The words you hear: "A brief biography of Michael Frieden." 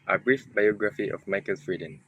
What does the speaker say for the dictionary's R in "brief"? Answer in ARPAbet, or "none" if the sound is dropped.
R